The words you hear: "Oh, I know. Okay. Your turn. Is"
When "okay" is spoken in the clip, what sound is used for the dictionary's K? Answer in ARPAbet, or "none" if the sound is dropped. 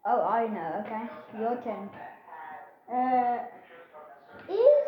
K